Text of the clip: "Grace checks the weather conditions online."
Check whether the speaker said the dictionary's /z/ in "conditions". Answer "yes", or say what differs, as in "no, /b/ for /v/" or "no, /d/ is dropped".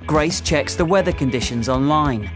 yes